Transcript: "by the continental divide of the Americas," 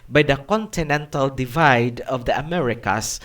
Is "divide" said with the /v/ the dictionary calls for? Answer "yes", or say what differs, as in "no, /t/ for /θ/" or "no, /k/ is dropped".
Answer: yes